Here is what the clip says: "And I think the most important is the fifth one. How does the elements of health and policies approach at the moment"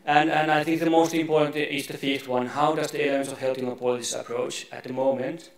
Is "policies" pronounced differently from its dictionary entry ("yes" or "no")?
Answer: yes